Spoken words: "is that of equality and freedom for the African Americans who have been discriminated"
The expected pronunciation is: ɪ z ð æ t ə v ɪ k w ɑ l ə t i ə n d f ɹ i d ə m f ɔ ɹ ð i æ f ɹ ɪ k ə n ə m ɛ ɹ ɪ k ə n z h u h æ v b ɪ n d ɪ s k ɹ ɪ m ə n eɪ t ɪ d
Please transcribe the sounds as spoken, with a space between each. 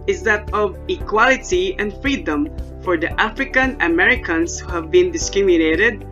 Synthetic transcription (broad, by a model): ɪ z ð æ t ə v ɪ k w ɑ l ə t i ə n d f ɹ i d ə m f ɔ ɹ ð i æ f ɹ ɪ k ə n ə m ɛ ɹ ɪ k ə n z h u h æ v b ɪ n d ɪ s k ɹ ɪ m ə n eɪ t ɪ d